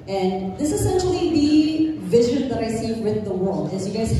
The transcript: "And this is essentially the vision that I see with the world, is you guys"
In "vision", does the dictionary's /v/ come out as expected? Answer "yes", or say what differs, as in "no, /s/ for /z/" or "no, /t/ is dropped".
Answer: yes